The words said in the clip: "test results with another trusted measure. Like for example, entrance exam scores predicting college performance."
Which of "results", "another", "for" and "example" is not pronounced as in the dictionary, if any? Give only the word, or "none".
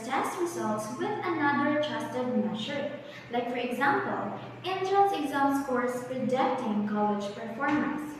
none